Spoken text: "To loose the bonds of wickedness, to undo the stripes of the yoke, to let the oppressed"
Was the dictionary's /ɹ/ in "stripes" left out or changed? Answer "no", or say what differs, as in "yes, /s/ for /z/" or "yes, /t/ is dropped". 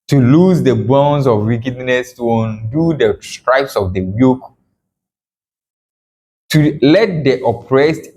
no